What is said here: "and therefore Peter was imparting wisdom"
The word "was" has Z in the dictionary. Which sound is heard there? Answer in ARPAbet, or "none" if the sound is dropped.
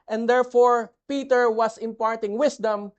S